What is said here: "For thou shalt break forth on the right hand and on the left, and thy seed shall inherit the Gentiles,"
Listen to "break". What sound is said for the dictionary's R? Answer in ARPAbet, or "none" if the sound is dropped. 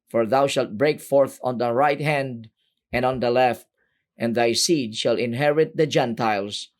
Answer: R